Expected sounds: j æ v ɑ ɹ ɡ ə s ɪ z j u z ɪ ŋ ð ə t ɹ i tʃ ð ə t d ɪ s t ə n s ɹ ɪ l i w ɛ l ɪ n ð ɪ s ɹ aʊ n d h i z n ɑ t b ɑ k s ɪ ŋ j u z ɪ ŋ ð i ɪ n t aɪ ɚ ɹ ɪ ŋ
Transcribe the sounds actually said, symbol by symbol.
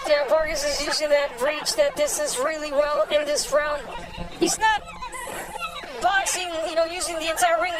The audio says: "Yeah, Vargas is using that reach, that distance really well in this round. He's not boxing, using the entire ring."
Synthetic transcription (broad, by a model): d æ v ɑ ɹ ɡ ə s ɪ z j u z ɪ ŋ ð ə t ɹ i tʃ ð ə t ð ɪ s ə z ɹ ɪ l i w ɛ l ɪ n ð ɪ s ɹ aʊ n d h i z n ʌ t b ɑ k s ɪ ŋ j u z ɪ ŋ ð i ɪ n t aɪ ɚ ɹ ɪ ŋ